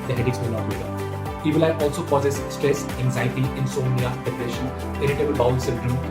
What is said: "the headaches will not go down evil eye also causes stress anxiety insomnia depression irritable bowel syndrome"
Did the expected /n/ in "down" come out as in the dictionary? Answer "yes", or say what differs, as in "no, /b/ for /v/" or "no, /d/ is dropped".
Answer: no, /n/ is dropped